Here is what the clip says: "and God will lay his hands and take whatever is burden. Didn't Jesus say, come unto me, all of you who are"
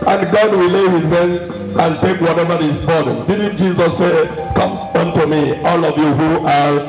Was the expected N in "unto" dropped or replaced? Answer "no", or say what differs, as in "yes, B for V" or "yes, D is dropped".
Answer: no